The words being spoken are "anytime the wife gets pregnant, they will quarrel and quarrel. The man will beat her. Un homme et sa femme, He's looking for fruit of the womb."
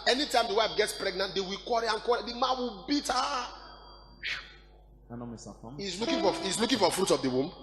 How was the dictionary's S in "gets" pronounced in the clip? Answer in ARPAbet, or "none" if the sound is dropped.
S